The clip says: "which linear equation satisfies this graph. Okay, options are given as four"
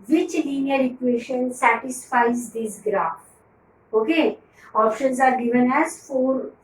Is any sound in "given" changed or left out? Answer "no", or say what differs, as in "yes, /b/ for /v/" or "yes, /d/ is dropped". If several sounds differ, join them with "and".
no